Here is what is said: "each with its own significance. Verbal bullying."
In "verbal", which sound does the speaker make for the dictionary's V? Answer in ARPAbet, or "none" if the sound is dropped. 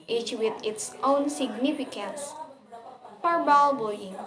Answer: P